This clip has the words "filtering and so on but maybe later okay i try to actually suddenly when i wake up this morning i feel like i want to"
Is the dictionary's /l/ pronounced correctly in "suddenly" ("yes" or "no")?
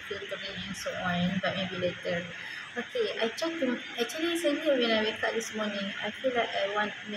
no